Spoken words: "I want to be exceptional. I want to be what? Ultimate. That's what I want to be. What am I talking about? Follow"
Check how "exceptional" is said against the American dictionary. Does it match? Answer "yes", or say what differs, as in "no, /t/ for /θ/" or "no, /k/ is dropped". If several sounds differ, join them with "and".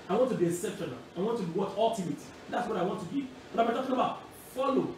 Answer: no, /k/ is dropped